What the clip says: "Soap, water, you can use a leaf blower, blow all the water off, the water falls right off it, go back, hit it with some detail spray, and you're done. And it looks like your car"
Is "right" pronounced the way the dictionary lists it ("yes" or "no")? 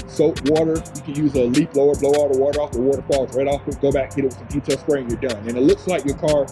yes